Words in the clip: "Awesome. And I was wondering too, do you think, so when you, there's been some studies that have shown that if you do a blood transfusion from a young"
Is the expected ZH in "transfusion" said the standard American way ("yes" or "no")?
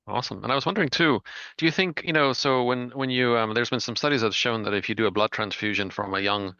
yes